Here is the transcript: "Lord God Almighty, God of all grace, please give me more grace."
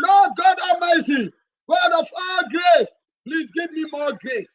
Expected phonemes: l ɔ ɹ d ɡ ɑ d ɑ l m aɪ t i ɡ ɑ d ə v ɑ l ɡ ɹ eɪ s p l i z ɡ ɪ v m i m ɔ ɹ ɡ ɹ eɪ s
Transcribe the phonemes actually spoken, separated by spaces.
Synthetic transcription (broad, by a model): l ɔ ɡ ɑ d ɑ m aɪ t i ɡ ɑ d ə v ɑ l ɡ ɹ eɪ s p l i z ɡ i v m i m ɔ ɡ ɹ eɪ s